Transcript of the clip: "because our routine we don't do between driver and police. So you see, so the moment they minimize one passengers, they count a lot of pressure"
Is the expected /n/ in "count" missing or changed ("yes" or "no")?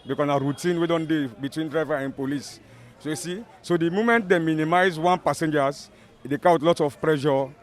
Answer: yes